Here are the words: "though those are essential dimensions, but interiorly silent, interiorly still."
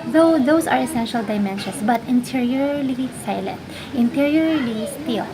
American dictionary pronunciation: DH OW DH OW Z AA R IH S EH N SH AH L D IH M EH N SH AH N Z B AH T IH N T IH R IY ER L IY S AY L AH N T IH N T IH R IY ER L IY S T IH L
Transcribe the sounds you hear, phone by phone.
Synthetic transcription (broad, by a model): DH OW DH OW S AA R IH S EH N SH AH L D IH M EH N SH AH N S B AH T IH N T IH R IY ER L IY S AY L AH N T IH N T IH R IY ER L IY S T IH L